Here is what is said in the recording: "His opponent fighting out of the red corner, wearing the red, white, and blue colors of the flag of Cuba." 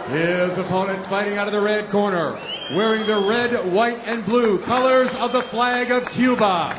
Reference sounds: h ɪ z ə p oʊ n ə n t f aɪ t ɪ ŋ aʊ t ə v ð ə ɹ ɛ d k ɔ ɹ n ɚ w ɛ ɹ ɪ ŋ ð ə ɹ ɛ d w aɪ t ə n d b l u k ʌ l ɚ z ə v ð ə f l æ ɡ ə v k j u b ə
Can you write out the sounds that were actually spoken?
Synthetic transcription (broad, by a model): h ɪ z ə p oʊ n ə n t f aɪ t ɪ ŋ aʊ t ə v ð ə ɹ ɛ d k ɔ ɹ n ɚ w ɛ ɹ ɪ ŋ ð ə ɹ ɛ d w aɪ t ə n b l u k ʌ l ɚ z ə v ð ə f l æ ɡ ə v k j u b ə